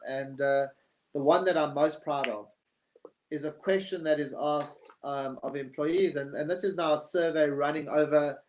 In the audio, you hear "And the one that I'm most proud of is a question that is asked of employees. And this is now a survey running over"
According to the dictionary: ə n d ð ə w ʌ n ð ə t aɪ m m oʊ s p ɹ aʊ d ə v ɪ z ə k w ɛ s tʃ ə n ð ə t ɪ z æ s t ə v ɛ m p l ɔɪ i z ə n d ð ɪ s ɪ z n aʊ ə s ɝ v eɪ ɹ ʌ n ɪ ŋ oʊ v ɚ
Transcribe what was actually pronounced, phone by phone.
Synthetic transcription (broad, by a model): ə n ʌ ð ə w ʌ n ð ə t aɪ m m oʊ s p ɹ aʊ d ə v ɪ z ə k w ɛ s tʃ ə n ð ə t ɪ z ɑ s t ə v ɛ m p l ɔɪ i z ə n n ð ɪ s ɪ z n aʊ ə s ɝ v eɪ ɹ ʌ n ɪ ŋ oʊ v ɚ